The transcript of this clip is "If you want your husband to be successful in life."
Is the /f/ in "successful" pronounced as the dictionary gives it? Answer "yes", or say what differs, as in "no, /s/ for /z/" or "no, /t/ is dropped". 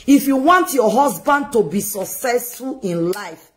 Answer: yes